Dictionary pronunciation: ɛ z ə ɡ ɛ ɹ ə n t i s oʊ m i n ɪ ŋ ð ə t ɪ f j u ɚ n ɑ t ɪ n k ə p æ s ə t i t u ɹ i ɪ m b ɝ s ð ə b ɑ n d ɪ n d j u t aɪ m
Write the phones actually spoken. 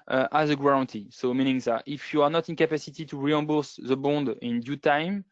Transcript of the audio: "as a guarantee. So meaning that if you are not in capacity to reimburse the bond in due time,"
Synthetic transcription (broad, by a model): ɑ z ə ɡ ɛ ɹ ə n t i s oʊ m i n ɪ ŋ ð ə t ɪ f j u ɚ n ɑ t ɪ n k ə p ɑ s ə t i t u ɹ i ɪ b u s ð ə b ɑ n d ɪ n d j u t aɪ m